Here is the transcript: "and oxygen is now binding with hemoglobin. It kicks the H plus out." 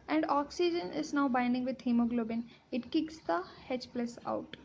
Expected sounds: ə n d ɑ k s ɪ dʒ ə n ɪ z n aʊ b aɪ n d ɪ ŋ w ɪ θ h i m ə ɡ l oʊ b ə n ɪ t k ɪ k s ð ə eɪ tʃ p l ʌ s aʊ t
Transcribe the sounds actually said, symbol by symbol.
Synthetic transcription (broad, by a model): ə n d ɑ k s ɪ dʒ ə n ɪ z n aʊ b aɪ n d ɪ ŋ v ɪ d h i m ə ɡ l oʊ b ə n ɪ t k ɪ k s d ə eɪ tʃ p l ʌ s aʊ t